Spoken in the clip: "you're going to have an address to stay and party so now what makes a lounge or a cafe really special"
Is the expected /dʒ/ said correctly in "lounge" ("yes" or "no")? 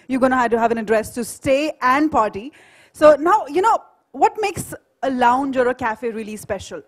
yes